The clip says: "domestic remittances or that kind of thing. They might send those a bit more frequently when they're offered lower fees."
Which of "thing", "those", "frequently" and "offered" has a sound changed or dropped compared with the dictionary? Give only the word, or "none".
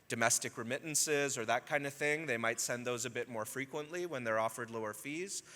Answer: none